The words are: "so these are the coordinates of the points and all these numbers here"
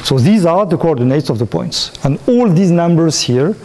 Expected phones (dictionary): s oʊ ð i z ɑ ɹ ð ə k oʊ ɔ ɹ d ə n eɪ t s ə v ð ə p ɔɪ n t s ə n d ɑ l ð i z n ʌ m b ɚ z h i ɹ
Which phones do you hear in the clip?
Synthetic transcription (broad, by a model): s oʊ ð i z ɑ ɹ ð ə k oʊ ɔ ɹ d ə n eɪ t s ə v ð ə p ɔɪ n t s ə n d ɑ l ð i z n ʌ m b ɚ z h i ɹ